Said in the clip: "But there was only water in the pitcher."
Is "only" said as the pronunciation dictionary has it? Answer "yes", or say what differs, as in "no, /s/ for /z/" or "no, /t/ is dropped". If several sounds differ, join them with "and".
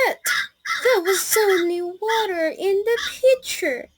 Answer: no, /l/ is dropped